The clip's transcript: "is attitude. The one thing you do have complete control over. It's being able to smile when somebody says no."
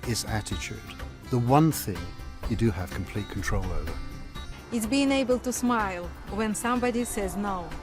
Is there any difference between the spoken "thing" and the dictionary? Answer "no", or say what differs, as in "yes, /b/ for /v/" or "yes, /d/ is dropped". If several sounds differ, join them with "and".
no